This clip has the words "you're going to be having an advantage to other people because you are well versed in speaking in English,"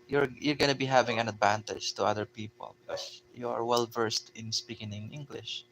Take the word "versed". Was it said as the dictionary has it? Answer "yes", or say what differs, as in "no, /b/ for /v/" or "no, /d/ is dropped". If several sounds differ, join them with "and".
yes